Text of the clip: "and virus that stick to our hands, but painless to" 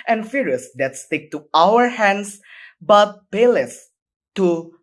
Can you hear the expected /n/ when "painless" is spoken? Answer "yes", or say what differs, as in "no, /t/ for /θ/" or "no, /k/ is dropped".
no, /n/ is dropped